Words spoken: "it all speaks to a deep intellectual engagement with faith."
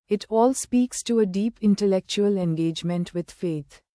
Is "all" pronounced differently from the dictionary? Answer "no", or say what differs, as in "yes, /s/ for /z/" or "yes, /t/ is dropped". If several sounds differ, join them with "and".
no